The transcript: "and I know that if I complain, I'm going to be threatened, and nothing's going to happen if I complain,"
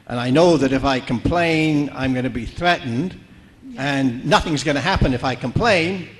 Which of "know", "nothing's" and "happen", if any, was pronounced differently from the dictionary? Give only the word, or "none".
none